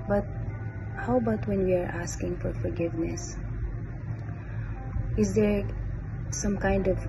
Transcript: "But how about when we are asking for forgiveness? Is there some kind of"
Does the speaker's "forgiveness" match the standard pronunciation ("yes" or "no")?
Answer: yes